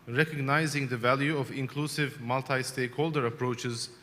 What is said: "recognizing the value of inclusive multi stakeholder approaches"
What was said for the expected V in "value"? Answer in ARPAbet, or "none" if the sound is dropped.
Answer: V